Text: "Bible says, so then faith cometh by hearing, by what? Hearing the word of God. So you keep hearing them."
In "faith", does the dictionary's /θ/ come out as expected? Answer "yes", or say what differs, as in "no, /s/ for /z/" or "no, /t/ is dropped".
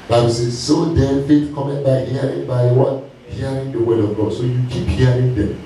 no, /t/ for /θ/